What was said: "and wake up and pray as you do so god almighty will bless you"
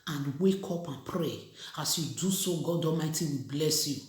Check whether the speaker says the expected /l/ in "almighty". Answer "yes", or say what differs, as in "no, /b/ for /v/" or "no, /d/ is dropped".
no, /l/ is dropped